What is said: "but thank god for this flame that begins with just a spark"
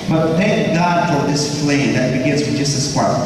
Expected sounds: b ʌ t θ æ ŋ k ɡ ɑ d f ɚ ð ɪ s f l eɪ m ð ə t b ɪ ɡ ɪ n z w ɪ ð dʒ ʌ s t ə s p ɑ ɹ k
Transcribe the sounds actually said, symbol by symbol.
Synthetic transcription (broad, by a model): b ʌ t θ æ ŋ k ɡ ɑ d f ɚ ð ɪ s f l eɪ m ð ə t b ɪ ɡ ɪ n z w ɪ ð dʒ ʌ s t ə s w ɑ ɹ